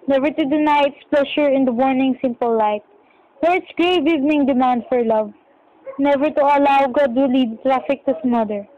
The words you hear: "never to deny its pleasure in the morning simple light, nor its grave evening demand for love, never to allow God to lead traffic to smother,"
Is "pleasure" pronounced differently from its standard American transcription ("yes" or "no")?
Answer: yes